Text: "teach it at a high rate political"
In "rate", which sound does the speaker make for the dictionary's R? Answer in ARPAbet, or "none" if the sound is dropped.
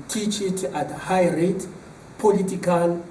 R